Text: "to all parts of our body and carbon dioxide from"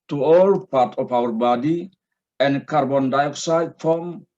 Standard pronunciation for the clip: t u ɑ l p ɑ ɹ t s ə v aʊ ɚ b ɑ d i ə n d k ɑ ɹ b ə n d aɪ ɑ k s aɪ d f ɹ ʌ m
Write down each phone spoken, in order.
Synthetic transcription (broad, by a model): t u ɑ l p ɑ ɹ t ə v aʊ ɚ b ɑ d i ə n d k ɑ ɹ b ə n d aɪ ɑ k s aɪ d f ɹ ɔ m